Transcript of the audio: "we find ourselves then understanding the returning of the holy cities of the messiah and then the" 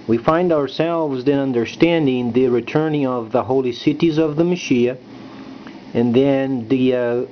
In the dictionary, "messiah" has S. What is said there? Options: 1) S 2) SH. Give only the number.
2